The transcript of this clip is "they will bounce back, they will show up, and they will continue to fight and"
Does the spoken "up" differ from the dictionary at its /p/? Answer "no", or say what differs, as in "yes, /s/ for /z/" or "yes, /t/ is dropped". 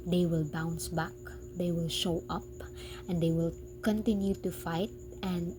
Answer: no